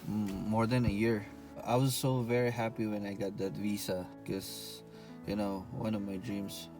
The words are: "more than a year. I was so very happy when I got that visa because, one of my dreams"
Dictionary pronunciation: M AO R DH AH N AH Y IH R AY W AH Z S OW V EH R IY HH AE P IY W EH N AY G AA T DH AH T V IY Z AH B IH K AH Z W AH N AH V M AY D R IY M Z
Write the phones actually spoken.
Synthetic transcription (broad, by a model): M AO R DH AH N AH Y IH R AY W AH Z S OW V EH R IY HH AE P IY W EH N AY G AA T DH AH T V IY S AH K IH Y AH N W AH N AH V M AY D R IY M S